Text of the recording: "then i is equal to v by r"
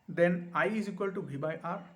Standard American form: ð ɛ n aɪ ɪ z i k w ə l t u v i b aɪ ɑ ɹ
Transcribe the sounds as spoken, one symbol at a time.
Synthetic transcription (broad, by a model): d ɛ n aɪ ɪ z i k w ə l t u b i b aɪ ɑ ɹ